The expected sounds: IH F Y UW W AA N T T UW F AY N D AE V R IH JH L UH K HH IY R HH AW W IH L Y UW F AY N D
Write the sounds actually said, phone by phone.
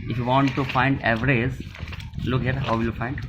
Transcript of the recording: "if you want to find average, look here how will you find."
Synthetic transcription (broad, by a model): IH F Y UW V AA N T T UW F AY N D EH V R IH Z L UH K HH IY R HH AW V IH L Y UW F AY N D